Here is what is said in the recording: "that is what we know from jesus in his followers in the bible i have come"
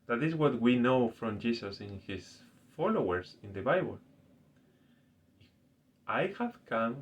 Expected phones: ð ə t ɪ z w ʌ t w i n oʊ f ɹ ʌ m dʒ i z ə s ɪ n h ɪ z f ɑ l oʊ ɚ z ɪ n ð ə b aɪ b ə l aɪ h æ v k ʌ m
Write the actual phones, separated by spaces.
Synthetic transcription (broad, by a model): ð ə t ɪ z w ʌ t w i n oʊ f ɹ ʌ m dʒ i s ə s ɪ n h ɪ s f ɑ l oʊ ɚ s ɪ n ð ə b aɪ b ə l aɪ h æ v k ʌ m